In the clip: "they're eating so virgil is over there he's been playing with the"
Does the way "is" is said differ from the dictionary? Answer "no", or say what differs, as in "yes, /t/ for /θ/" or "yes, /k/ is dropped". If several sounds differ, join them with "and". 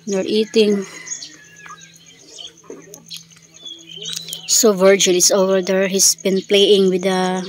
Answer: yes, /s/ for /z/